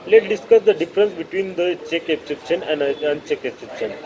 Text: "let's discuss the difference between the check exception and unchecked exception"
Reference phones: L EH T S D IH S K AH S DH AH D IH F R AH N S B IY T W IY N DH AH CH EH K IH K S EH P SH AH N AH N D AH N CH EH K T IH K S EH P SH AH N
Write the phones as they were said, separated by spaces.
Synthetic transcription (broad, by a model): L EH T D IH S K AH S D AH D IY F R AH N S B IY T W IY N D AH CH EH K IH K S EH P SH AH N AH N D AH N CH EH K IH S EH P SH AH N